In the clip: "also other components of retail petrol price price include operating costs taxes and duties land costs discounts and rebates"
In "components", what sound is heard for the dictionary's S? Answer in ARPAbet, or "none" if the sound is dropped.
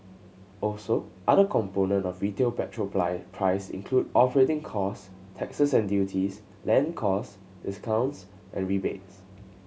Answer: none